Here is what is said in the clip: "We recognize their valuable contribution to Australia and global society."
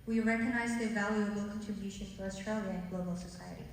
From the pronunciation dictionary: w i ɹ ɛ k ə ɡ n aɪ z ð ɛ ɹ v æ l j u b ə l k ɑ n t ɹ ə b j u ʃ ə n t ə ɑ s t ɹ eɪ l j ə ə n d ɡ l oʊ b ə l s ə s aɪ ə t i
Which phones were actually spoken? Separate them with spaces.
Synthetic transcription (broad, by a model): w i ɹ ɛ k ə ɡ n aɪ z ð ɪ v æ l j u ə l k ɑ n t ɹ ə b j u ʃ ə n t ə ɑ s t ɹ eɪ l j ə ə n ɡ l oʊ b ə l s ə s aɪ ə t i